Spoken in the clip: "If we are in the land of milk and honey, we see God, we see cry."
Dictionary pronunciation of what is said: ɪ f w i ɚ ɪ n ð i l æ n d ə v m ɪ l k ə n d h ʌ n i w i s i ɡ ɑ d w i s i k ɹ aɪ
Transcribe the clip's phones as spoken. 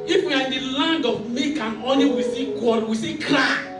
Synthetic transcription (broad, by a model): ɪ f w i ɪ n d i l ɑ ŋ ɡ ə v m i k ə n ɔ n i w i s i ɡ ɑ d w i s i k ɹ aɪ